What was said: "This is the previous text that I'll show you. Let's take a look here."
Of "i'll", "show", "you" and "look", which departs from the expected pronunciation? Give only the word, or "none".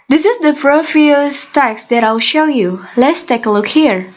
none